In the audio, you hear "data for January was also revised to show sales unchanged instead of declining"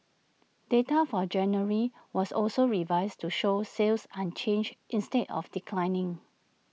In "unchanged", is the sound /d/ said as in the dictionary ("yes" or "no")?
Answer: no